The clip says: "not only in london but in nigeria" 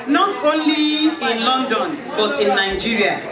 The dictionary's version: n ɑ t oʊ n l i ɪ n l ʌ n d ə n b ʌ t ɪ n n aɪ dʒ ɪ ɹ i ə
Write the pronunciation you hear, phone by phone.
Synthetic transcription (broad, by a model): n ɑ t oʊ n l i ɪ n l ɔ n d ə n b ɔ t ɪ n n aɪ dʒ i ɹ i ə